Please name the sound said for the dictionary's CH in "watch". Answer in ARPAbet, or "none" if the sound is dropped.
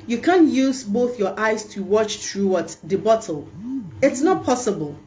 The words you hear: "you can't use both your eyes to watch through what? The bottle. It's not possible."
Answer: CH